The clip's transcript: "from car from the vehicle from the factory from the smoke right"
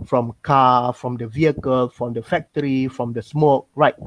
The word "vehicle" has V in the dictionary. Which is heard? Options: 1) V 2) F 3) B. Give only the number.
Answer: 1